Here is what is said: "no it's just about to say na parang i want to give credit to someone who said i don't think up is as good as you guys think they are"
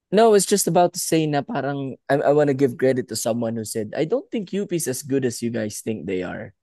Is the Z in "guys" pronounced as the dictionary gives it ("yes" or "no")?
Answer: no